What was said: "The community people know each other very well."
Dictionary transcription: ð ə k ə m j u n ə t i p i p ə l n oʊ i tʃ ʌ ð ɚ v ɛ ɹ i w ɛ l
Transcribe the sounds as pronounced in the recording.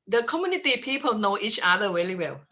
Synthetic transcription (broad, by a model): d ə k ə m j u n ə t i p i p ə l n oʊ i tʃ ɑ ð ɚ w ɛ l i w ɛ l